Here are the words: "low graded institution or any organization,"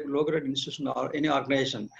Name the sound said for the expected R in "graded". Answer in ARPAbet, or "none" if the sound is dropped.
none